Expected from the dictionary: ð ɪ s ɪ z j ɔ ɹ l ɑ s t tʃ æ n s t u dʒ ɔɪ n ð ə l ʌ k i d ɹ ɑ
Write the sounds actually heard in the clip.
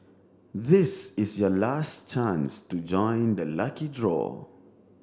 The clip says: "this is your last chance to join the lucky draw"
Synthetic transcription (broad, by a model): ð ɪ s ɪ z j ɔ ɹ l ɑ s t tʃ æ n s t u dʒ ɔɪ n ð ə l ʌ k i d ɹ ɑ